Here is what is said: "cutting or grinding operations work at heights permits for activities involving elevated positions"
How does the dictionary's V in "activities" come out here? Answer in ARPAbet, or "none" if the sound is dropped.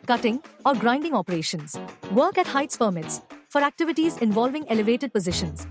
V